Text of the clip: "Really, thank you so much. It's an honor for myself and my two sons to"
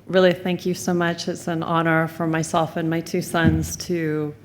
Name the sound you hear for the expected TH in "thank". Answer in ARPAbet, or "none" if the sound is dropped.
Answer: TH